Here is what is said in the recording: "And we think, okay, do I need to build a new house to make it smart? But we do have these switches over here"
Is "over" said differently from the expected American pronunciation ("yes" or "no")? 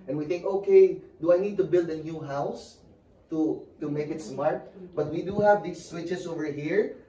no